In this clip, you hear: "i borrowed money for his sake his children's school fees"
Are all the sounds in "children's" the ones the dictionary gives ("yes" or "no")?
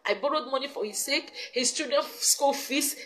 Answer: no